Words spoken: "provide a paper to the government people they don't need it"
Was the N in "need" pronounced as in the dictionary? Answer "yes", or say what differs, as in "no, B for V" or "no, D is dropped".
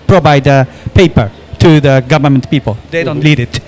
no, L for N